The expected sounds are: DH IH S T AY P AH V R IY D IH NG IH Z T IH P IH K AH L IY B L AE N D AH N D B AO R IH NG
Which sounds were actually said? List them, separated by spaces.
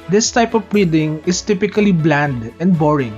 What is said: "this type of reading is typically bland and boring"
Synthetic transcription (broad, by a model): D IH S T AY P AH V R IY D IH NG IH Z T IH P IH K AH L IY B L AE N D AH N D B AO R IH NG